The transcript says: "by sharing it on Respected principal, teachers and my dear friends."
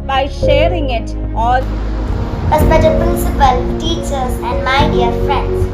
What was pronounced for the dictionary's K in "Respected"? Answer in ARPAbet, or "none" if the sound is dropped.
none